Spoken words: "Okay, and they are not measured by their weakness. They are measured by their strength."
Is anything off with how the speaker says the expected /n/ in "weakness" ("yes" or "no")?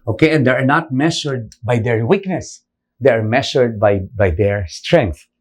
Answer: no